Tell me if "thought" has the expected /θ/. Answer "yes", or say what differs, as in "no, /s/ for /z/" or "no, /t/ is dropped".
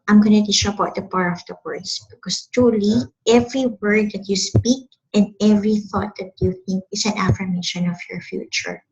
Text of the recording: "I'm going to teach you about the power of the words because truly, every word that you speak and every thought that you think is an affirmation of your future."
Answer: yes